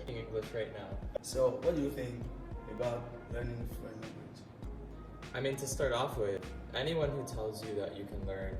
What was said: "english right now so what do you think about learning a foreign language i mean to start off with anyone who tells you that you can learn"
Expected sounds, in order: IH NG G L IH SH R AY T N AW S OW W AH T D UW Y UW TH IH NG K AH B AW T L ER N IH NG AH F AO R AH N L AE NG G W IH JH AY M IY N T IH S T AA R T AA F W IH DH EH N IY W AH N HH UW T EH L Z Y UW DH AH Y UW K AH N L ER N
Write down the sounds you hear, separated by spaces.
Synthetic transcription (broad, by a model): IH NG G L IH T R AY T N AW S OW W AH T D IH Y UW TH IH NG K AH B AW T L ER N IH NG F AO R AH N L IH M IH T AY M IY N T IH S T AA R T AA F W IH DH EH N IY W AH N HH UW T EH L Z Y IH DH AH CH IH K AH N L ER N